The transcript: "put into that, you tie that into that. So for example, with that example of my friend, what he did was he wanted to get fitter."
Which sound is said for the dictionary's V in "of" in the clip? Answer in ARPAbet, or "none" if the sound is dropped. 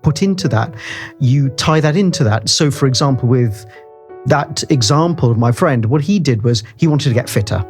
V